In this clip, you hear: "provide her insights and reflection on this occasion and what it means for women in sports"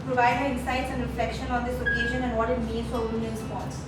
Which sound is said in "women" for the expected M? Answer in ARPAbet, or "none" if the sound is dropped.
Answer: none